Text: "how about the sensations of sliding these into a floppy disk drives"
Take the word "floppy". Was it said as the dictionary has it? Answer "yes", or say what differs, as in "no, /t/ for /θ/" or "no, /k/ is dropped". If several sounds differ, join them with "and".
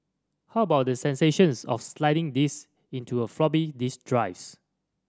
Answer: no, /b/ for /p/